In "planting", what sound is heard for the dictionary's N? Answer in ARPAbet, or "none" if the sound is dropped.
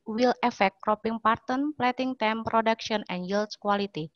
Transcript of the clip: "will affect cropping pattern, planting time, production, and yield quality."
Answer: none